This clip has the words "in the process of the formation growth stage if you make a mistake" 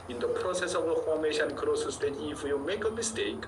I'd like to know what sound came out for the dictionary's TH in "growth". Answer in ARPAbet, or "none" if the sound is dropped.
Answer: S